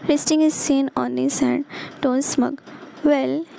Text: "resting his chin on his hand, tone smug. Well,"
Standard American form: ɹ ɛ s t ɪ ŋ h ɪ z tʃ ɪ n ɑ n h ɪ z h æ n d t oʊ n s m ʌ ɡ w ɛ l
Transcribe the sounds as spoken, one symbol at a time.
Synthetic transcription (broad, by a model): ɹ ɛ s t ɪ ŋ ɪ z s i n ɑ n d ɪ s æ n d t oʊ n s m ʌ ɡ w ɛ l